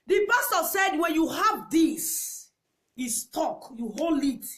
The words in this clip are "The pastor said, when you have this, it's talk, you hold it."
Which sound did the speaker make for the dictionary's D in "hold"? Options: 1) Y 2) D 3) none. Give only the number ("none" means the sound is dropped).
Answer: 3